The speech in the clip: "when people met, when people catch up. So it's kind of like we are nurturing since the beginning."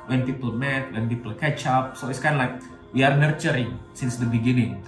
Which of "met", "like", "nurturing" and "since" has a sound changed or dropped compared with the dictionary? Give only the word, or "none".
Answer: none